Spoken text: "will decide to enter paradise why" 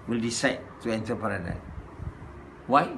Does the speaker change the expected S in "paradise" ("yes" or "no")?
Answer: yes